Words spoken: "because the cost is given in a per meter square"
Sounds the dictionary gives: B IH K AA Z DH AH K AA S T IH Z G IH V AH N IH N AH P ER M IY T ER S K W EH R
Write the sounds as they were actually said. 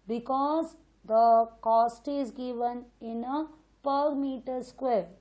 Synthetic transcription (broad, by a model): B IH K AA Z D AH K AA S T IH Z G IH V AH N IH N AH P ER M IY T ER S K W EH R